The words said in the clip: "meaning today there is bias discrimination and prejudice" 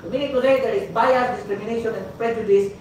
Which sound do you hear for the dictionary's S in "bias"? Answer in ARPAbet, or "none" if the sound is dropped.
none